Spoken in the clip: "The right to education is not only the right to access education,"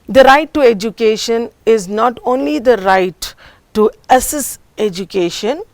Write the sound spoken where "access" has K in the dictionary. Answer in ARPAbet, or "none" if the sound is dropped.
none